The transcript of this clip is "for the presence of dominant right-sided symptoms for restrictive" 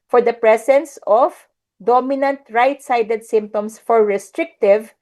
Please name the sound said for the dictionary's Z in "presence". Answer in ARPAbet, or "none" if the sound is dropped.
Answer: S